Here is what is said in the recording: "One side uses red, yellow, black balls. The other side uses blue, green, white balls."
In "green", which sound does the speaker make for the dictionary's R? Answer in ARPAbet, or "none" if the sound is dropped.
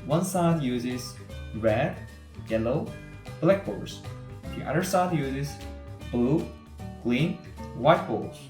L